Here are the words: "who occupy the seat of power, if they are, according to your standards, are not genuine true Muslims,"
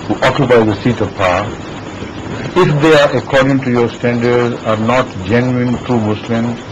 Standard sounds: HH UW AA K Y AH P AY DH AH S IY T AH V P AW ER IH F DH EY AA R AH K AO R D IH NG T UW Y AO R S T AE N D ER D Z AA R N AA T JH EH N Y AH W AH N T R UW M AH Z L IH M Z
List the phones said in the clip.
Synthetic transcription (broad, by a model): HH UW AA K Y AH P AY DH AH S IY T AH V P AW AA IH F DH EY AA R AH K AO R D IH NG T UW Y AO R S T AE N D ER D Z AA R N AA T JH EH N Y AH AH N T R UW M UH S L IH M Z